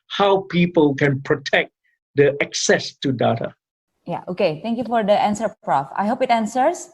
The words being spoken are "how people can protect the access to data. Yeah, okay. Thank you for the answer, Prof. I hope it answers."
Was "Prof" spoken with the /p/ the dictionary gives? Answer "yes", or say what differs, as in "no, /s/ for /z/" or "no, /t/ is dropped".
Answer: yes